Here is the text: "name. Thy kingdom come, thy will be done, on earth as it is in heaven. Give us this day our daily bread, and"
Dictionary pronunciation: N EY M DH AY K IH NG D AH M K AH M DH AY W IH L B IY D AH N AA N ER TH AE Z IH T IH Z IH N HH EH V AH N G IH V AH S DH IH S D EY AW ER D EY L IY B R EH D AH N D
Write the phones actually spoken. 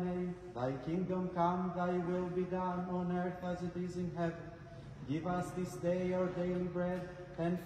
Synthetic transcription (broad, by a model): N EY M DH AY K IH NG D AH M K AH M DH AY W IH L B IY D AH N AA N ER TH AE Z IH T IH Z IH N HH EH V AH N G IH V AH S DH IH S D EY AW ER D EY L IY B R EH D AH N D